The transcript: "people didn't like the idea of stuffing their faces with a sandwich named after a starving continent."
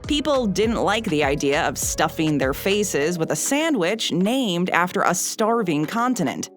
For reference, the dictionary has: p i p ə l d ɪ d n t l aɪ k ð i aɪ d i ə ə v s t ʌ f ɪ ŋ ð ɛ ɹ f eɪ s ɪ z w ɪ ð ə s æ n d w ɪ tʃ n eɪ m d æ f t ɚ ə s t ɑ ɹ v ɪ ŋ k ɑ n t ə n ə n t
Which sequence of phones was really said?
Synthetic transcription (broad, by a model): p i p l d ɪ d n t l aɪ k ð i aɪ d i ə ə v s t ʌ f ɪ ŋ ð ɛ ɹ f eɪ s ɪ z w ɪ ð ə s æ n d w ɪ tʃ n eɪ m d æ f t ɚ ə s t ɑ ɹ v ɪ ŋ k ɑ n t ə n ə n t